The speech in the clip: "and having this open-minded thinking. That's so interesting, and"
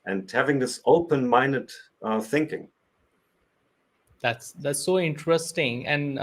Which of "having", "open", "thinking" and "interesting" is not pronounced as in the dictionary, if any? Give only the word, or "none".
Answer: none